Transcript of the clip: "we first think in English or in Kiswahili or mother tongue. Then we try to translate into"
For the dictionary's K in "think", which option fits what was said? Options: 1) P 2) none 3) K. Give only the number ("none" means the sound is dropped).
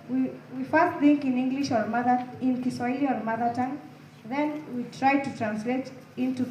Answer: 3